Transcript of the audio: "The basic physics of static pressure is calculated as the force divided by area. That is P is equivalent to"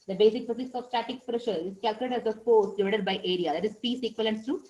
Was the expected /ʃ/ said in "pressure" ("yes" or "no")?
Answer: yes